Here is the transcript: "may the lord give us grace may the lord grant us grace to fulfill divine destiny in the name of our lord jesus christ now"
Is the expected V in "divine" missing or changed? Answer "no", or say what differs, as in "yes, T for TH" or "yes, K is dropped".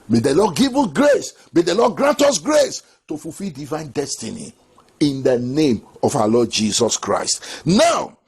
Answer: no